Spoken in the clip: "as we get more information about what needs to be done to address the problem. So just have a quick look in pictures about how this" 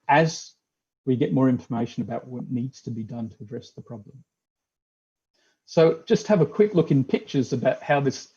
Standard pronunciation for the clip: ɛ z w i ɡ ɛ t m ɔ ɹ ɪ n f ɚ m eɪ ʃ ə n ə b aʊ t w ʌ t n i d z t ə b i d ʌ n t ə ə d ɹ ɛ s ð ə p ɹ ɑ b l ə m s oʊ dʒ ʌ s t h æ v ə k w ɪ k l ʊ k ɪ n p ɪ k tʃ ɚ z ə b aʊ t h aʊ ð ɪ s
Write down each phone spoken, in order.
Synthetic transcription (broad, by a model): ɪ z w i ɡ ɛ t m ɔ ɹ ɪ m f ɚ m eɪ ʃ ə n ə b aʊ t w ʌ t n i d z t ə b i d ʌ n t ə ə d ɹ ɛ s ð ə p ɹ ɑ b l ə m s oʊ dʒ ʌ s t h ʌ v ə k w ɪ k l ʊ k ɪ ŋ p ɪ k tʃ ɚ z ə b aʊ t h aʊ ð ɪ s